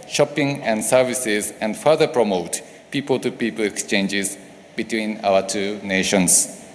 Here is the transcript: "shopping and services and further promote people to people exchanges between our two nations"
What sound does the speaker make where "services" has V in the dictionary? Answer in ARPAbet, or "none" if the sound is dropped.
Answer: V